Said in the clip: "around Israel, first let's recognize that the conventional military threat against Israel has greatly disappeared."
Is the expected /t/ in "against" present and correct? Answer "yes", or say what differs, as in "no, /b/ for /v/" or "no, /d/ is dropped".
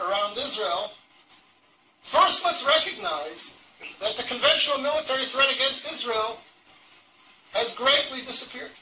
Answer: yes